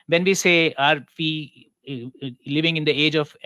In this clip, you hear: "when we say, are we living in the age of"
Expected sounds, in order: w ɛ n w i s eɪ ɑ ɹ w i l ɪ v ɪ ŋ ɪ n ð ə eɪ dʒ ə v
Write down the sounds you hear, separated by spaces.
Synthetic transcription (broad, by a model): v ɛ n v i s eɪ ɑ ɹ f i l ɪ v ɪ ŋ ɪ n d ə eɪ dʒ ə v